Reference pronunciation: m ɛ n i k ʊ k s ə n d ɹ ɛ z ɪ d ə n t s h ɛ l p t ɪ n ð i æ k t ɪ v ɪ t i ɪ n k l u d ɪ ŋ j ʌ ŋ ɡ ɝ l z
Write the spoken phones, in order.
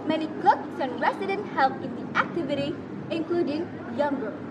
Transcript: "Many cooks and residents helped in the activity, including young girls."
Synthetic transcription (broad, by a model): m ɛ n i k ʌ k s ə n ɹ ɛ s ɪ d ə n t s h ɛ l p ɪ n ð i æ k t ɪ v ɪ t i ɪ n k l u d ɪ ŋ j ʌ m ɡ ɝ